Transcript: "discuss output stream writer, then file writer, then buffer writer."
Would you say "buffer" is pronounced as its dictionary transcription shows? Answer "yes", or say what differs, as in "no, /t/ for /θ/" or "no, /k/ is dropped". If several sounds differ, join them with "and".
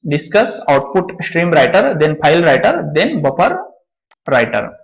no, /p/ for /f/